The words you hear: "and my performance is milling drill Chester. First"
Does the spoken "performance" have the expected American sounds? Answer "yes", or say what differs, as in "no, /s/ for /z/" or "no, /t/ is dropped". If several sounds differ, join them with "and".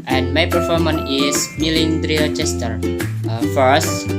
no, /s/ is dropped